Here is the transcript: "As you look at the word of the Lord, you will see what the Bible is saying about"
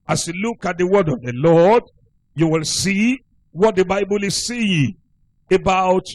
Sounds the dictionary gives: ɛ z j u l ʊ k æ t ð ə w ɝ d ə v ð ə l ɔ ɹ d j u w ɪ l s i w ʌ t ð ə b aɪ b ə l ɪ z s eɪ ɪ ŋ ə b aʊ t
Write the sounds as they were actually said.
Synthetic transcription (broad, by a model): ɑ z j u l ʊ k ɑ t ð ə w ɝ d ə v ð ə l ɔ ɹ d j u w ɪ l s i w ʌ t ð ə b aɪ b ə l ɪ z s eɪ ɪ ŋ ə b aʊ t